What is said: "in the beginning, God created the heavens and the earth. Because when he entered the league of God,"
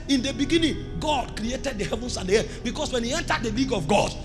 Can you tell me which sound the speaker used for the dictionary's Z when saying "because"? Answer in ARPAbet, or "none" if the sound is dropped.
S